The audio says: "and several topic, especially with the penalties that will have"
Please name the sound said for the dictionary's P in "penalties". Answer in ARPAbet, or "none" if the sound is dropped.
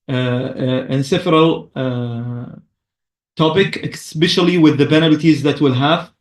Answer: B